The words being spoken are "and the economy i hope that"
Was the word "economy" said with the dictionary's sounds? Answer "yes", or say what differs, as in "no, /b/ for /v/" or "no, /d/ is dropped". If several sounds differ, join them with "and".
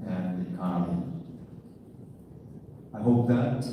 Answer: no, /m/ is dropped